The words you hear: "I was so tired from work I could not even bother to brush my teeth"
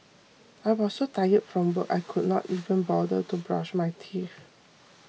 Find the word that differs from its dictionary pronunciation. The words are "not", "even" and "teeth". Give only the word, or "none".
teeth